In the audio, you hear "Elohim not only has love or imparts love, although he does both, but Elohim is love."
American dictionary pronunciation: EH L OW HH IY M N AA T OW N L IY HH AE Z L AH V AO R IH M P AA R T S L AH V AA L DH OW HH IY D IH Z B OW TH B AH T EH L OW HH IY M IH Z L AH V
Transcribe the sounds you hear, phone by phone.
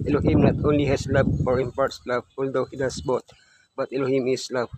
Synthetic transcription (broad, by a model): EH L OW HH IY M N AA T OW N L IY HH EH S L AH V AO R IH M P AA R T S L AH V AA L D OW HH IY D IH S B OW T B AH T EH L OW HH IY M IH S L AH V